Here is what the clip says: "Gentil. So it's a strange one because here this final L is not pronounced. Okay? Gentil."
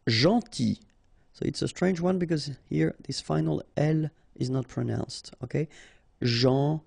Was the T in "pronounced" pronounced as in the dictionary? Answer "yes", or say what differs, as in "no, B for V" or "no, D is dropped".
yes